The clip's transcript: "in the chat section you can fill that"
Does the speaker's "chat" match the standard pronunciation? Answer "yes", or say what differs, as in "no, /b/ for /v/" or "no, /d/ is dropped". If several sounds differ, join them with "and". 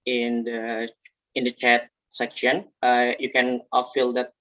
yes